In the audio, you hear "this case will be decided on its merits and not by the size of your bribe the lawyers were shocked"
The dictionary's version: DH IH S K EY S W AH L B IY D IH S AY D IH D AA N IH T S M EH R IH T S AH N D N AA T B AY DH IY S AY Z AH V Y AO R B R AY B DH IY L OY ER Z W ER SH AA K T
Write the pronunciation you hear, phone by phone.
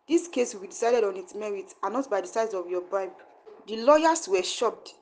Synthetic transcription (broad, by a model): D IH S K EY S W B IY D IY S AY D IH D AA N IH T S M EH R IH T AH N N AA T B AY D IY S AY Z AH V Y AO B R AY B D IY L OY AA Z W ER SH AA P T